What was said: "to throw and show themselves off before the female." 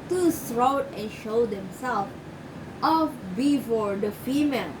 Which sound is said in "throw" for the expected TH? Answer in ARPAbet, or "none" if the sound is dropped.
S